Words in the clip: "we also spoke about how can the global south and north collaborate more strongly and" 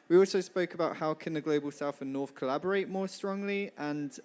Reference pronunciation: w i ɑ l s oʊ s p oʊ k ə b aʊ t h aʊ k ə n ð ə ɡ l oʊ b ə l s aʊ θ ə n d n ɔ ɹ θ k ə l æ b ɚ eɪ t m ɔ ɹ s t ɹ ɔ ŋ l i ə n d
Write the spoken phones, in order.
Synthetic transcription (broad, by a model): w i ɑ l s oʊ s p oʊ k ə b aʊ t h aʊ k ə n ð ə ɡ l oʊ b ə l s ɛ f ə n n ɔ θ k ə l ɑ b ɚ eɪ t m ɔ s t ɹ ɔ ŋ l i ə n